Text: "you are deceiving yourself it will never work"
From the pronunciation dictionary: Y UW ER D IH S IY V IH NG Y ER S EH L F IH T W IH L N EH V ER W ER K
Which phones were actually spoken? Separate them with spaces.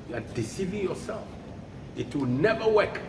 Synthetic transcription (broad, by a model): Y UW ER D IH S IY V IH NG Y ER S EH L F IH T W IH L N EH V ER W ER K